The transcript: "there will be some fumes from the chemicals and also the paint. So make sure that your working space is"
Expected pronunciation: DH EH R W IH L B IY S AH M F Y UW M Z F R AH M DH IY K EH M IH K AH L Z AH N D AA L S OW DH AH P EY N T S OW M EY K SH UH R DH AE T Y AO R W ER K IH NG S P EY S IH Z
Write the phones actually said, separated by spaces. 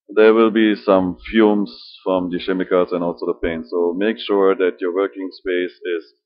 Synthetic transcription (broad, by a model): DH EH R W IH L B IY S AH M F Y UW M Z F R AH M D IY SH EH M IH K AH Z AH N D AA L S OW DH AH P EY N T S OW M EY K SH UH R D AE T Y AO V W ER K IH NG S P EY S IH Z